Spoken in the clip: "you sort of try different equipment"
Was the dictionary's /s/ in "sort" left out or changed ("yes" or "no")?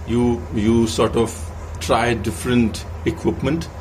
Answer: no